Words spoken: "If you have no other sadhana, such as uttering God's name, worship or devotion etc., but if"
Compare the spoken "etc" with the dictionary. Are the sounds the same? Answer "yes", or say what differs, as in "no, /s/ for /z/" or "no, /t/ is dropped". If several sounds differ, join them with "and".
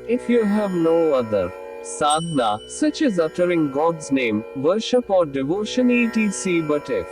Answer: no, /s/ is dropped